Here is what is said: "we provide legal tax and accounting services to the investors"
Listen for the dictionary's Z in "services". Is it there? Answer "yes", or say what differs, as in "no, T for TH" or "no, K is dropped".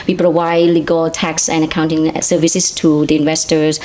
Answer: no, S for Z